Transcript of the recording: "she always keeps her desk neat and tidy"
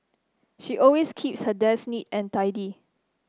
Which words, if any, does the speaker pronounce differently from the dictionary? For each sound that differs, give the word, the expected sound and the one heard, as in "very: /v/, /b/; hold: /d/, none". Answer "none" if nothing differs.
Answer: always: /z/, /s/